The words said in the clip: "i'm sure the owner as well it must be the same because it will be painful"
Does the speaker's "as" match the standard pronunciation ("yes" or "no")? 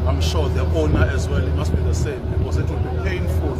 yes